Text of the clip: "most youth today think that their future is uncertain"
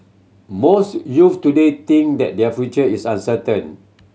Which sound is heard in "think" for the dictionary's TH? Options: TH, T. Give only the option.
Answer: T